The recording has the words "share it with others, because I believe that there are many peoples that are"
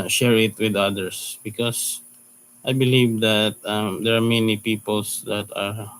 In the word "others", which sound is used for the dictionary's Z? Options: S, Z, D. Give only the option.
S